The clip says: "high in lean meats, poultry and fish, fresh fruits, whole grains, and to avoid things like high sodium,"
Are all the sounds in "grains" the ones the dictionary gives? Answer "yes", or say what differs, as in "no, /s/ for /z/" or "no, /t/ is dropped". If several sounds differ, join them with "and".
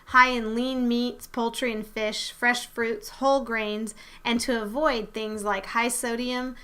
yes